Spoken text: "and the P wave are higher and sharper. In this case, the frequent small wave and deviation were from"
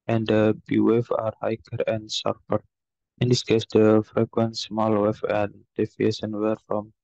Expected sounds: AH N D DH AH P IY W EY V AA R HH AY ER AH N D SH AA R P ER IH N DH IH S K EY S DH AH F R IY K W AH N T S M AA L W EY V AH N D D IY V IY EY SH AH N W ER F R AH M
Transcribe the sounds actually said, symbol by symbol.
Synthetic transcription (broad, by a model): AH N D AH B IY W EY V AA R HH AY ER AH N D S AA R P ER IH N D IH S K EY S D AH F R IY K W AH N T S M AA L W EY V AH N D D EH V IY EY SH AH N W ER F R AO M